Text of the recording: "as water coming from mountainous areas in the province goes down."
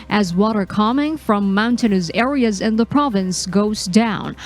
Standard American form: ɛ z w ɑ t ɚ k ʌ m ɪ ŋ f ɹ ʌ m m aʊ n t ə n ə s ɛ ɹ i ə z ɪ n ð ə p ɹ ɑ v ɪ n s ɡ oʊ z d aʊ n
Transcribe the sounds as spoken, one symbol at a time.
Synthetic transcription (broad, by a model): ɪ z w ɑ t ɚ k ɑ m ɪ ŋ f ɹ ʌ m m aʊ n t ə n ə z ɛ ɹ i ə z ɪ n ð ə p ɹ ɑ v ɪ n s ɡ oʊ z d aʊ n